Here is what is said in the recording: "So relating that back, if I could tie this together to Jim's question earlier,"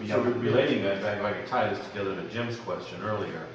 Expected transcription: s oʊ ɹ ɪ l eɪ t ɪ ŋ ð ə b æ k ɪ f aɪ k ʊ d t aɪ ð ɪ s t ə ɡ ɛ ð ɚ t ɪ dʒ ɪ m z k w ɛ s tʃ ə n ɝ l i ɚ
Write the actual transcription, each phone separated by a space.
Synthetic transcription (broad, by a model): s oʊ ɹ ɪ l eɪ t ɪ ŋ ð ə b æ ɪ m aɪ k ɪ t aɪ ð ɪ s t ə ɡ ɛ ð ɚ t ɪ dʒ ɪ m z k w ɛ s tʃ ə n ɝ l i ɚ